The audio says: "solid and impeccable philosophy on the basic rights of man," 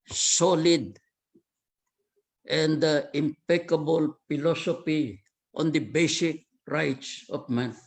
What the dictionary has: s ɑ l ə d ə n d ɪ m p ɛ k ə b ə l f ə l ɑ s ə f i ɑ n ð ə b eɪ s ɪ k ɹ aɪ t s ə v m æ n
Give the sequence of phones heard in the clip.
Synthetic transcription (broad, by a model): s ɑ l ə d ə n d ɪ m p ɛ k ə b ə l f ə l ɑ s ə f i ɑ n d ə b eɪ s ɪ k ɹ aɪ t s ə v m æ n